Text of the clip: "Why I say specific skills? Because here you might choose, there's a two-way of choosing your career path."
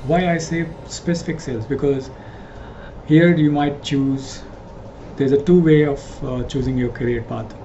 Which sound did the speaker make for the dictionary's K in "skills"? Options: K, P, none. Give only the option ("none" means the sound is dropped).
none